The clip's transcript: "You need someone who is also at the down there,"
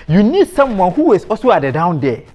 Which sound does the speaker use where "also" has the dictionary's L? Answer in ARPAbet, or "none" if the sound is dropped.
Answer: none